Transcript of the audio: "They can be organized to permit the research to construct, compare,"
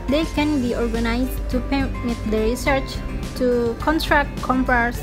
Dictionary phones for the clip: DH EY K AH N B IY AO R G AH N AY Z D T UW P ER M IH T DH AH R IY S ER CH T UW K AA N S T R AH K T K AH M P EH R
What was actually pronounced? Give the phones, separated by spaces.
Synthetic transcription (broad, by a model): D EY K AH N B IY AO R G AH N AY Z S T UW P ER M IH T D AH R IY S ER CH T UW K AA N T R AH K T K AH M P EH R